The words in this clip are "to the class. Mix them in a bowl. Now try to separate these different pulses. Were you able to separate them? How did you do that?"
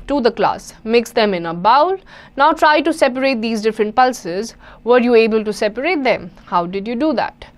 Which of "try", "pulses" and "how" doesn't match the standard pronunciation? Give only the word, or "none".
none